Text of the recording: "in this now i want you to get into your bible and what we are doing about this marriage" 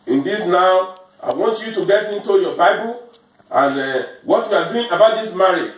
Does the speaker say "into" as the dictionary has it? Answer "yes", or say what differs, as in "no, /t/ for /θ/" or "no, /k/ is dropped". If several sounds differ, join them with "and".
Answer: yes